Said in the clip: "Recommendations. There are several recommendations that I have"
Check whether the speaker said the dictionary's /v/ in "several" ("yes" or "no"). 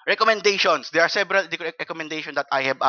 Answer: no